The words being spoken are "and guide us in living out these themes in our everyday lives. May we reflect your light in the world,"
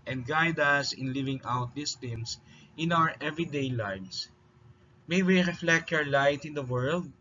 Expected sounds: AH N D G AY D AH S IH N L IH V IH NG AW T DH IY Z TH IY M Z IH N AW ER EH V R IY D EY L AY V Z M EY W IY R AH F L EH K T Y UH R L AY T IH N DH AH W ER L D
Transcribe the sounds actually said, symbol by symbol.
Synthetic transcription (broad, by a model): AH N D G AY D AH S IH N L IH V IH NG AW T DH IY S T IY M S IH N AW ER EH V R IY D EY L AY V S M EY W IY R AH F L EH K T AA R L AY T IH N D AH W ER L D